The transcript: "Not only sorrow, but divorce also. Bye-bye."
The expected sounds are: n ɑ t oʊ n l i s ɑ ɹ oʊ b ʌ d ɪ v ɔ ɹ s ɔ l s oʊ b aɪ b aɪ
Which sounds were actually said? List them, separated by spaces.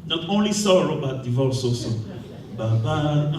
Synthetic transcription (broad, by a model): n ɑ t oʊ n l i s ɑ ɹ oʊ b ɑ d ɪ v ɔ l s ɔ s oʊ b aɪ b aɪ